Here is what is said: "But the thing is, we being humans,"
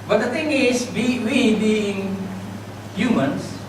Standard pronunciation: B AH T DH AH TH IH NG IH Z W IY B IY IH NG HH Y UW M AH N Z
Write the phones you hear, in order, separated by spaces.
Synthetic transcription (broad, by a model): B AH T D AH T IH NG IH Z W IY B IY IH NG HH Y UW M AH N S